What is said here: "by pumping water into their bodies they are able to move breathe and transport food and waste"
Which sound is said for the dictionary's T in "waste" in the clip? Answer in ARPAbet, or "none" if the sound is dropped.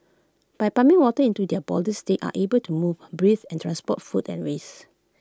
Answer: none